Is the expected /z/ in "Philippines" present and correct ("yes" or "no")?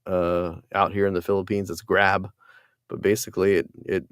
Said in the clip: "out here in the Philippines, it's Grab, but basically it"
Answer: yes